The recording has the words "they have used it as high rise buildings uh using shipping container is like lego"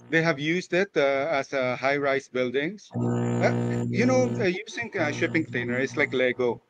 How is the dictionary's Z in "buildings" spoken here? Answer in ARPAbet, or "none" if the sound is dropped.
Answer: S